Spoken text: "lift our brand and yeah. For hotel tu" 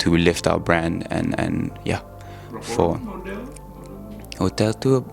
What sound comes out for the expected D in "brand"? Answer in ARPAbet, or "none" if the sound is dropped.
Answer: D